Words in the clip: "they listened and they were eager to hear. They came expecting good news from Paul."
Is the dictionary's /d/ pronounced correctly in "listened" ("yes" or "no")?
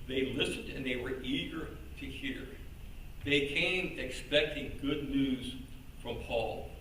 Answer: yes